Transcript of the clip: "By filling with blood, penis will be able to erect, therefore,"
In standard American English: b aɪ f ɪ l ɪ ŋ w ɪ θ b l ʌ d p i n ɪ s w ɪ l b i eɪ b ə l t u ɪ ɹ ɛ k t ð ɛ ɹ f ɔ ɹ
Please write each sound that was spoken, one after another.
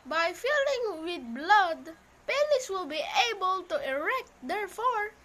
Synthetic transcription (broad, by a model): b aɪ f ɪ l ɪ ŋ w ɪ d b l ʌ d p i l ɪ s w ɪ l b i eɪ b ə l t u ɪ ɹ ɛ k t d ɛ ɹ f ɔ ɹ